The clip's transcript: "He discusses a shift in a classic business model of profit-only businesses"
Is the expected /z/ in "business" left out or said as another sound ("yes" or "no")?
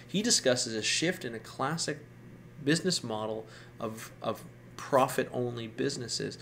no